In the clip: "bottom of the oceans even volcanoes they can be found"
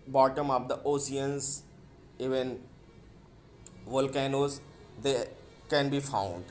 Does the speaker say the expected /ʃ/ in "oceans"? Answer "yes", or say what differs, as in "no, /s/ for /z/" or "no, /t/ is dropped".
no, /s/ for /ʃ/